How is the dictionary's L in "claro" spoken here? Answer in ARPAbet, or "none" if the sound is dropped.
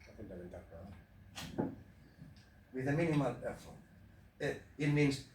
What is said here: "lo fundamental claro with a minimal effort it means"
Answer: W